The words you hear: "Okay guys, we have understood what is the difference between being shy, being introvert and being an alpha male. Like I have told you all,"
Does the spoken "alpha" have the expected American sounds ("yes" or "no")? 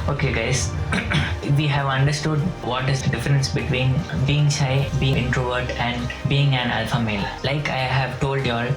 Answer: yes